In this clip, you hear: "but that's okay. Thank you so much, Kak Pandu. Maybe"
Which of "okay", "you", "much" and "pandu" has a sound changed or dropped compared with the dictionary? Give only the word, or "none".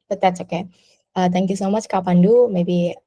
none